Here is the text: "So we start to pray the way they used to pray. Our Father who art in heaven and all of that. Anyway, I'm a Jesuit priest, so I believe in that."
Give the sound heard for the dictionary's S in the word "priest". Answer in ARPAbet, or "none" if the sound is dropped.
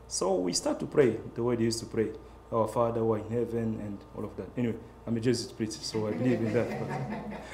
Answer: none